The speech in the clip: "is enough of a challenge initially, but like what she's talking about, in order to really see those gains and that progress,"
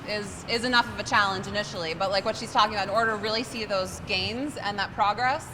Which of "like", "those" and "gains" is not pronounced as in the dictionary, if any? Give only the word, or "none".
none